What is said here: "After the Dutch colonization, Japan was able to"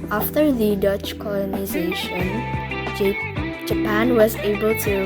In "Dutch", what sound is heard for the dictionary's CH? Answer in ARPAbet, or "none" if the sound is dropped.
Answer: CH